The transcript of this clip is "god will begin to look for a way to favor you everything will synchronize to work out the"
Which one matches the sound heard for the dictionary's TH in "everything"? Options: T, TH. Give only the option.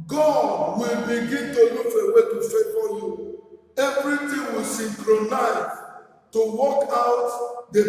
T